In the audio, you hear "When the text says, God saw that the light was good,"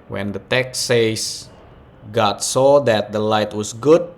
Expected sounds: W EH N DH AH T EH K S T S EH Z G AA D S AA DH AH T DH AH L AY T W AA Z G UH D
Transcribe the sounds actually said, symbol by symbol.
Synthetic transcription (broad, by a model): W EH N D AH T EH K S S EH S G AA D S AA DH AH T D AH L AY T W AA S G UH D